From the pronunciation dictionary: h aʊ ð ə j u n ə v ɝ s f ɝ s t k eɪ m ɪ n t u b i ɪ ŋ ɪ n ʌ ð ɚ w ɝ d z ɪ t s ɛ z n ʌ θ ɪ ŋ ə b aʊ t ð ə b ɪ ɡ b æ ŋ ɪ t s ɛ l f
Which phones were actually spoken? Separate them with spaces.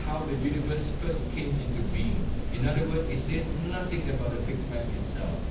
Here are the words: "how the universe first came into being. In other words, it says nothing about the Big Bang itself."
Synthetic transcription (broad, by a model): h aʊ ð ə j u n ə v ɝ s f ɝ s k eɪ m ɪ n t u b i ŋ ɪ n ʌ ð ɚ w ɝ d ɪ t s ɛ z n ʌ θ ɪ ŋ ə b aʊ t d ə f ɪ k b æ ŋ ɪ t s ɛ l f